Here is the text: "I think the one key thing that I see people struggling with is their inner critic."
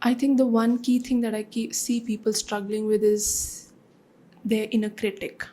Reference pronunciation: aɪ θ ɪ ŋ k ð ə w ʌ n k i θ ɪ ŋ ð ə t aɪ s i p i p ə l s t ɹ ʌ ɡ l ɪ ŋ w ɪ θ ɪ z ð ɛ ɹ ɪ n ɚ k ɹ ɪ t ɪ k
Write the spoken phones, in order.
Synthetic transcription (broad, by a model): aɪ t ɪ ŋ k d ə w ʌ n k i t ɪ ŋ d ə t aɪ s i p i p ə l s t ɹ ʌ ɡ l ɪ ŋ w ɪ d ɪ z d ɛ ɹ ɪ n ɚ k ɹ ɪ t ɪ k